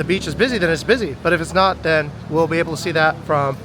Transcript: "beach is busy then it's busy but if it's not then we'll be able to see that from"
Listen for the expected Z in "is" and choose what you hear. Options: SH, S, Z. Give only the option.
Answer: Z